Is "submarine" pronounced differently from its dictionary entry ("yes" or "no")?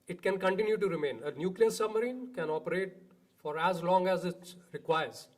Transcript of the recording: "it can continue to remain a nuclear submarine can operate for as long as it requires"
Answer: no